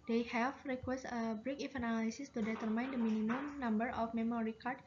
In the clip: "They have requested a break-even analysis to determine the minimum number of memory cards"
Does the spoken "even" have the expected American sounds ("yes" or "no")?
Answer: no